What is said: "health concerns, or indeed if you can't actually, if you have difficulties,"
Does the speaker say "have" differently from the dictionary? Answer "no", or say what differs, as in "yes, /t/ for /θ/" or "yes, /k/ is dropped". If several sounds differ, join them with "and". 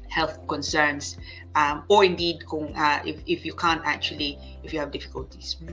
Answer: no